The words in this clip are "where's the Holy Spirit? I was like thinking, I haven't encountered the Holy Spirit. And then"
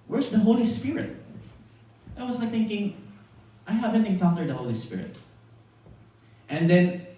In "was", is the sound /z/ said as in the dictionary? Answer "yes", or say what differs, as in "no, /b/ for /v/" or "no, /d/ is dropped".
no, /s/ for /z/